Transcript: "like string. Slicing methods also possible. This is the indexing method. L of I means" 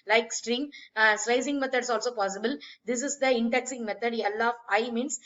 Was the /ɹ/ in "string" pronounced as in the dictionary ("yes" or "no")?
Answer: yes